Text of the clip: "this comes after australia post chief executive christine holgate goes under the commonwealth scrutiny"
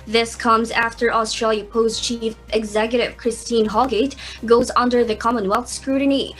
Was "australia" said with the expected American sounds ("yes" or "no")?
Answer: yes